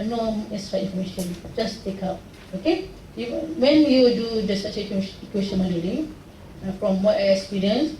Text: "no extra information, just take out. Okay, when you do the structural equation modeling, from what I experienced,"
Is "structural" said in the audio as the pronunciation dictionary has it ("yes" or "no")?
no